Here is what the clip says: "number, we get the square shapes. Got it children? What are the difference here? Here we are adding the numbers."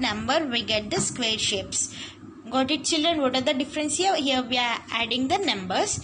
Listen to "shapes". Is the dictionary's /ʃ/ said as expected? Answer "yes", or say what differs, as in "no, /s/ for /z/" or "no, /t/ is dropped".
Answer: yes